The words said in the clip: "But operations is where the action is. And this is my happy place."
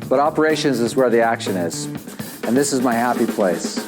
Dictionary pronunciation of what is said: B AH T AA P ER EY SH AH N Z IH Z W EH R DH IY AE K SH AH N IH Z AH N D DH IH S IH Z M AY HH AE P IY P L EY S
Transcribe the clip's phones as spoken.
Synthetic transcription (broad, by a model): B AH T AA P ER EY SH AH N Z IH Z W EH R DH IY AE K SH AH N IH Z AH N DH IH S IH Z M AY HH AE P IY P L EY S